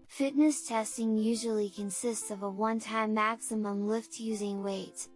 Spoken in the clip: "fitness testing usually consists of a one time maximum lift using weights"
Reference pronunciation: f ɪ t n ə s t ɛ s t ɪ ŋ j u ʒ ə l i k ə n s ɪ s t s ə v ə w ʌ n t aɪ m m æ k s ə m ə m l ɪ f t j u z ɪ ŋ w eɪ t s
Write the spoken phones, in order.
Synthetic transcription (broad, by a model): f ɪ t n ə s t ɛ s t ɪ ŋ j u ʒ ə l i k ə n s ɪ s t s ə v ə w ʌ n t aɪ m m æ k s ə m ə m l ɪ f t j u z ɪ ŋ w eɪ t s